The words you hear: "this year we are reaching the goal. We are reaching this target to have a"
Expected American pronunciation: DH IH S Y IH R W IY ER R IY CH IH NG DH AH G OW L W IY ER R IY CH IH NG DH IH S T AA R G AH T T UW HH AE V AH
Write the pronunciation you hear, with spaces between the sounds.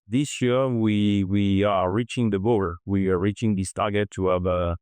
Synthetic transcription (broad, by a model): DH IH S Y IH W W IY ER R IY CH IH NG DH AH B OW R W IY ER R IY CH IH NG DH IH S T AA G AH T T UW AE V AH